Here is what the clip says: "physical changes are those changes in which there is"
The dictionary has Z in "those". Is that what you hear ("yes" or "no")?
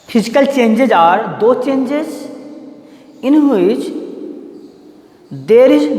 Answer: no